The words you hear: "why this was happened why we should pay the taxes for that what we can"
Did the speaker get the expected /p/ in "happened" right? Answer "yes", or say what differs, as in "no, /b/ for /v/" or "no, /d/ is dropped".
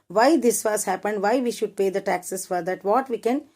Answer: yes